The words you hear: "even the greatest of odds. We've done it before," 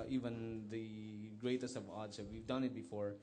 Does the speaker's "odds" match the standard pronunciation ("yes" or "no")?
no